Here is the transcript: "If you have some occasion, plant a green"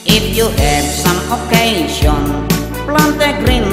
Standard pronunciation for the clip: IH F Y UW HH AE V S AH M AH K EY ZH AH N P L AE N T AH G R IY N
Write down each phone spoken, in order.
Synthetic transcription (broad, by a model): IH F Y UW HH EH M S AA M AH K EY S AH N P L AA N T AH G R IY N